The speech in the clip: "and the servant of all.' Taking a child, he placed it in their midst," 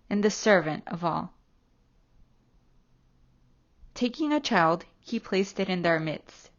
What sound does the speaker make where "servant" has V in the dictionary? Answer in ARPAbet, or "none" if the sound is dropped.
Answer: V